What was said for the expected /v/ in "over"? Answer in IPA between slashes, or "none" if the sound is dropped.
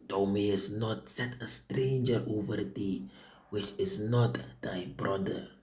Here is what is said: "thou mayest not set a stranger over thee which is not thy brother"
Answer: /v/